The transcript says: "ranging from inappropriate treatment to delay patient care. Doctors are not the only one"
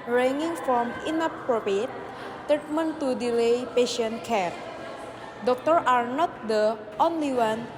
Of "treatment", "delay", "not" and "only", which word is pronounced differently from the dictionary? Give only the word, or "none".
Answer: treatment